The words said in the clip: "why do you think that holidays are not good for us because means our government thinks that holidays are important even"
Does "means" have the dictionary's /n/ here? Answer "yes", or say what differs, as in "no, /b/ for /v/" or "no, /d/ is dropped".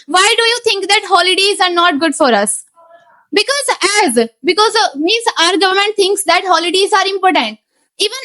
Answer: no, /n/ is dropped